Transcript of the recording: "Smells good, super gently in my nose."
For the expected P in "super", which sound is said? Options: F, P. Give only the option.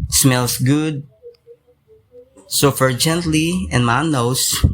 F